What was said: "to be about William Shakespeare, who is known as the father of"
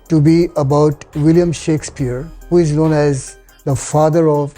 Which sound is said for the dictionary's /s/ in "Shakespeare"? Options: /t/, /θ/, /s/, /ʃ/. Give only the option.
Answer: /s/